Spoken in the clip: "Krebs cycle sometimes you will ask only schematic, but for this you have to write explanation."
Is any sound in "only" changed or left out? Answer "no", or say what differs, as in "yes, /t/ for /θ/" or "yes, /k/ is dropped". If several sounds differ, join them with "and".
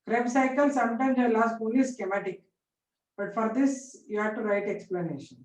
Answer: yes, /l/ is dropped